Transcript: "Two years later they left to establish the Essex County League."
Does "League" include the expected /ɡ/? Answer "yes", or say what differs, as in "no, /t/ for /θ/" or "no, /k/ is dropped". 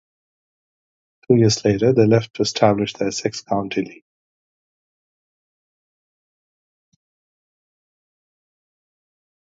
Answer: no, /ɡ/ is dropped